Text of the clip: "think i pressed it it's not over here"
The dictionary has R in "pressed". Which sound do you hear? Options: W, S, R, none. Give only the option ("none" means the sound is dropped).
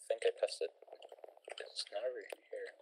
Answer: none